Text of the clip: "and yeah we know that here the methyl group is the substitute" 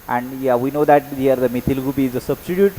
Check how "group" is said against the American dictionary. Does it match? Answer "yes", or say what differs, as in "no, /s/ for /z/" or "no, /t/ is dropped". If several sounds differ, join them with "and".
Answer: no, /ɹ/ is dropped